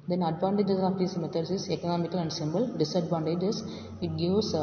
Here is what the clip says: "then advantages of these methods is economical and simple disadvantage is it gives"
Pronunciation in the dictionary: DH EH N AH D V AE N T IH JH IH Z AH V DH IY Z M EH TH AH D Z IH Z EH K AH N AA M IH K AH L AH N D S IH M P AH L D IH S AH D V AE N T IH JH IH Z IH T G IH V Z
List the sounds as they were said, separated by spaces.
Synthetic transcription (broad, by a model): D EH N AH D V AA N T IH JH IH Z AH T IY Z M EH T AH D S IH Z EH K AH N AA M IH K AH L AH N D S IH M B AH L D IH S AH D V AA N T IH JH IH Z IH T G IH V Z